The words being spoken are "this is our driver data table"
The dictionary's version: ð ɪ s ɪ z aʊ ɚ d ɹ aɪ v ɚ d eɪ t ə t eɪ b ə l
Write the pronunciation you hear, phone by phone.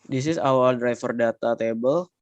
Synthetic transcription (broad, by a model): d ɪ s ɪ s aʊ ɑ d ɹ aɪ f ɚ d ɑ t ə t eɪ b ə l